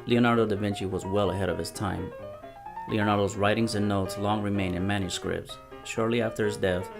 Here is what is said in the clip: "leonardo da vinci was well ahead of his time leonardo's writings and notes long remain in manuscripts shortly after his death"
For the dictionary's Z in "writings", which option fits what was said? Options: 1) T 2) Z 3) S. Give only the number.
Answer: 2